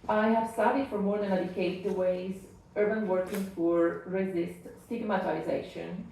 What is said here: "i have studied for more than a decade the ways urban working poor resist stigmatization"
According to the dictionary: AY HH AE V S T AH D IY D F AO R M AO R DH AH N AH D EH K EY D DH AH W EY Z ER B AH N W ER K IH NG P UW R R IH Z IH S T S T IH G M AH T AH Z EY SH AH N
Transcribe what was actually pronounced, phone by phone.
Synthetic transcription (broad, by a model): AY HH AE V S T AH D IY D F AO R M AO R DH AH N AH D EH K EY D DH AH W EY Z ER B AH N W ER K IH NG F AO R R IH Z IH S T S T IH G M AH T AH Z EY SH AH N